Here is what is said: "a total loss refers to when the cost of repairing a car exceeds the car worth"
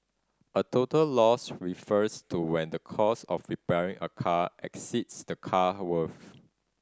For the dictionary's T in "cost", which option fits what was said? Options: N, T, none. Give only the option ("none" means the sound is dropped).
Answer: none